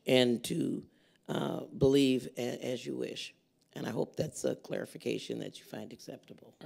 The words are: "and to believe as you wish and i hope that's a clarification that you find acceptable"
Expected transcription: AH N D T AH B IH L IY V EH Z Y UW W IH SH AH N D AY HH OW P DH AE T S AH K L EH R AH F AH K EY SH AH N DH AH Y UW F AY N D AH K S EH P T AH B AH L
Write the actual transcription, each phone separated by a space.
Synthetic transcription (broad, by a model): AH N T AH B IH L IY V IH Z Y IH W IH SH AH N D AY HH OW P DH AE T S AH K L EH R AH F AH K EY SH AH N DH AH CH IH F AY N D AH K S EH P T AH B L